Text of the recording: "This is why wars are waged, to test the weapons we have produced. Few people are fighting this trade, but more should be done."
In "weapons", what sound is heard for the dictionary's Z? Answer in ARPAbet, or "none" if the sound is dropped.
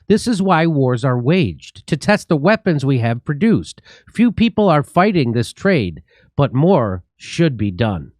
Z